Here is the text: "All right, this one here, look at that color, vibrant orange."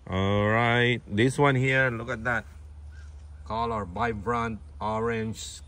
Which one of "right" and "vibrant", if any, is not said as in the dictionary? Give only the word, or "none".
vibrant